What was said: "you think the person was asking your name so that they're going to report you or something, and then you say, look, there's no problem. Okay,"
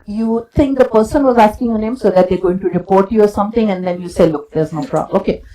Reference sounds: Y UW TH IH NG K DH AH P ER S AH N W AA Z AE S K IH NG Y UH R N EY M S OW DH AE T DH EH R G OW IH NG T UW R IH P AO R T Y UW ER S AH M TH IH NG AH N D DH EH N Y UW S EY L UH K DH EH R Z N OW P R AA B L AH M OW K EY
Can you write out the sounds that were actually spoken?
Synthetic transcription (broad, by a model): Y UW T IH NG K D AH P ER S AH N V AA Z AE S K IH NG Y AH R N EY M S OW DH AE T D EH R G OW IH NG T UW R IH P AO R T Y UW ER S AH M T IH NG AH N D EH N Y UW S EY L UH K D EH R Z N OW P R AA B OW K EY